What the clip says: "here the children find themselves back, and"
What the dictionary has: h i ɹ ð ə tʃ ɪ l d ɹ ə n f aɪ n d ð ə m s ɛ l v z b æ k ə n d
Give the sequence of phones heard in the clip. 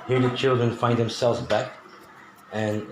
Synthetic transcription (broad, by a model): h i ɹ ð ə tʃ ɪ l d ɹ ə n f aɪ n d ð ə m s ɛ l v z b æ k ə n